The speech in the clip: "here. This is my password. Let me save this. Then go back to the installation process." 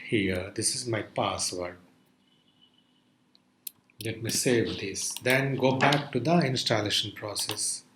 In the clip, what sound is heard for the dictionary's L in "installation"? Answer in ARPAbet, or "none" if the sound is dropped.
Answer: L